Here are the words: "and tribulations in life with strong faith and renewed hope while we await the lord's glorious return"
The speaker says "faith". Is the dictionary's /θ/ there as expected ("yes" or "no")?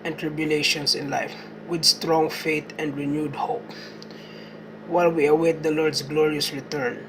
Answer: no